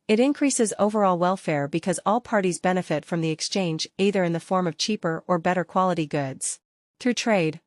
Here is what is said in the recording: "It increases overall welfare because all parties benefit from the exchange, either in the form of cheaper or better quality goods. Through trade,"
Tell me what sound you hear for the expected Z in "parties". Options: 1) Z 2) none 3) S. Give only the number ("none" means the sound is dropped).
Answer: 1